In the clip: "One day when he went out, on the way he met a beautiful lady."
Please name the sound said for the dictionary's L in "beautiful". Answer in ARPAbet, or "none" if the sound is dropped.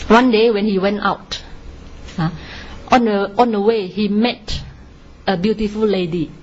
L